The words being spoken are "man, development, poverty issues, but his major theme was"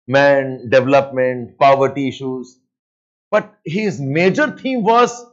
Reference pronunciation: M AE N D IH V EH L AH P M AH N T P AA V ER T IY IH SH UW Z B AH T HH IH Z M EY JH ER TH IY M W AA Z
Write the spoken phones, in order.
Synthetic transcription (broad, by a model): M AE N D IH V EH L AH P M AH N T P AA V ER T IY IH SH UW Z B AH T HH IH Z M EY JH ER T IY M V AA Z